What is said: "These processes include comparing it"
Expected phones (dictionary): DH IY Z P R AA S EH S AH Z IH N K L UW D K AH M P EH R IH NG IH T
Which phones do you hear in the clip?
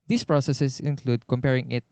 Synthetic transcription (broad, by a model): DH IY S P R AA S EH S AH S IH N K L UW D K AH M P EH R IH NG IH T